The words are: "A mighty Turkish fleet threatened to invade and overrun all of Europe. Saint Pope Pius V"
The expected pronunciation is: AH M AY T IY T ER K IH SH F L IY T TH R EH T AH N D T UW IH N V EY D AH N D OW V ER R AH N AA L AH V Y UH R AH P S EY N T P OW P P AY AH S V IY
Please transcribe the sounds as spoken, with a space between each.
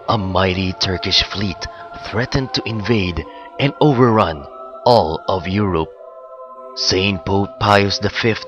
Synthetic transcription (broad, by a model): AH M AY T IY T ER K IH SH F L IY T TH R EH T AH N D T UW IH N V EY D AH N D OW V ER R AH N AA L AH V Y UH R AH P S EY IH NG P OW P P AY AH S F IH